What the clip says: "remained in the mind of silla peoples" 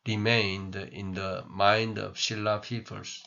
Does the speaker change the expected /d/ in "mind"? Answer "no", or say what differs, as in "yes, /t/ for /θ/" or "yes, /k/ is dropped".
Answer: no